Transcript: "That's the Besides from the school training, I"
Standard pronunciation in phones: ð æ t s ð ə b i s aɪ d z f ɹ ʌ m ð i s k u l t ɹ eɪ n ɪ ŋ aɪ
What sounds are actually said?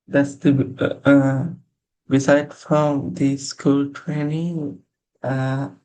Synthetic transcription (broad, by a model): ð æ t s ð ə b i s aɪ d f ɹ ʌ m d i s k u l t ɹ eɪ n ɪ ŋ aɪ